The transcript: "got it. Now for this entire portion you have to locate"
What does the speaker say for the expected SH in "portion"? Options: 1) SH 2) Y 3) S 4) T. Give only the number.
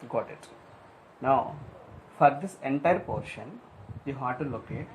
1